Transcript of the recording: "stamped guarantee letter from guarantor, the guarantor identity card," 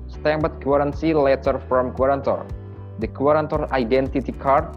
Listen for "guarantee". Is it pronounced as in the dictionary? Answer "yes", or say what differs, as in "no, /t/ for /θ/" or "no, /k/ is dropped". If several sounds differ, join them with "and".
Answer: no, /s/ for /t/